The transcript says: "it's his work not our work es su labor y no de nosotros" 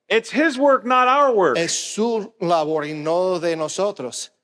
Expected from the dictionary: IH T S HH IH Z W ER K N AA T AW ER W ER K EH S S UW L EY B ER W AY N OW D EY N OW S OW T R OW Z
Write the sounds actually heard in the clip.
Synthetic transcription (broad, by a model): IH T S HH IH Z W ER K N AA T AW ER W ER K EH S S UW L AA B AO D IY N OW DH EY N OW S OW T R OW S